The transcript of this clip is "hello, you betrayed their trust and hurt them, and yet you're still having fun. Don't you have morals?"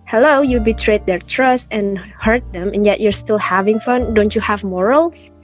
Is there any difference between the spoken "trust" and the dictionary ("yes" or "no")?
no